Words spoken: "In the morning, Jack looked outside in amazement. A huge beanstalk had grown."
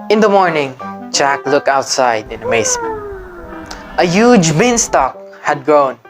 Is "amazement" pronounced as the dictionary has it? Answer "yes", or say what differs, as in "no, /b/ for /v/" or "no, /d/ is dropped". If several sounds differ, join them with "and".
no, /s/ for /z/